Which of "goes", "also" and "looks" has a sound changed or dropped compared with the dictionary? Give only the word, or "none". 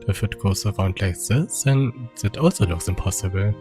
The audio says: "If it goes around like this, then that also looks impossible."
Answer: goes